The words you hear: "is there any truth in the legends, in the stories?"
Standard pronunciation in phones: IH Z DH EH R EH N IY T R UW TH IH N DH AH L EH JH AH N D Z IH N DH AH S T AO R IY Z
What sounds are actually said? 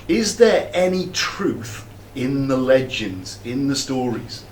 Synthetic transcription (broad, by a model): IH Z DH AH R EH N IY T R UW TH IH N DH AH L EH JH AH N D Z IH N DH AH S T AO R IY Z